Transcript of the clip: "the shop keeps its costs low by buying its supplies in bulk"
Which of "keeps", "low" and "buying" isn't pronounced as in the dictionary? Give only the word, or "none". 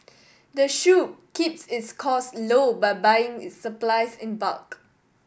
none